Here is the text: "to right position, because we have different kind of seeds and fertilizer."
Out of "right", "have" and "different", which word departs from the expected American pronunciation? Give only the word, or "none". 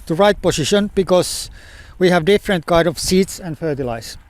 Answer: none